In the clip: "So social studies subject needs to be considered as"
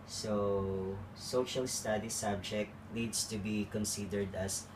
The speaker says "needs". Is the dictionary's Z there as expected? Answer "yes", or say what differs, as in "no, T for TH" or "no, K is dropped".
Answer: no, S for Z